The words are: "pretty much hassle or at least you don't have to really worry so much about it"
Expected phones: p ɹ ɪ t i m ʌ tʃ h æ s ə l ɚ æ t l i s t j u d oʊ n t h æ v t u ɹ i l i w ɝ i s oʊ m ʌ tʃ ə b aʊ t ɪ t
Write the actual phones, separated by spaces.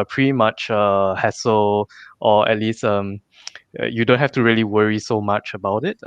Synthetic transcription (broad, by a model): p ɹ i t i m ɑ tʃ h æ s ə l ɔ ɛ t l i s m j u d oʊ n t h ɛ f t u ɹ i l i w ɝ i s oʊ m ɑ tʃ ə b aʊ t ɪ t